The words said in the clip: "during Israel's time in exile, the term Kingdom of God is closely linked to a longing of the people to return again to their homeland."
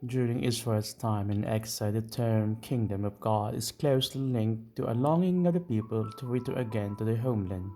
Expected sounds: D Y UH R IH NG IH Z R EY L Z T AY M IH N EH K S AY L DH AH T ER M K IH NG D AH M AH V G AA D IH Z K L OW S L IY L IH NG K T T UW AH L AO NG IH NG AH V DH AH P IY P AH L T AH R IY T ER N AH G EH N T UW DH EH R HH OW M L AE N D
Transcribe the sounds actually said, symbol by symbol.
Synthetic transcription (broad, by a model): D Y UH R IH NG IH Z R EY L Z T AY M IH N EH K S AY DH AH T ER M K IH NG D AH M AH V G AA D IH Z K L OW S L IY L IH NG K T T UW AH L AO NG IH NG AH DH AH P IY P AH L T AH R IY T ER AH G EH N T UW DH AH HH OW M L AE N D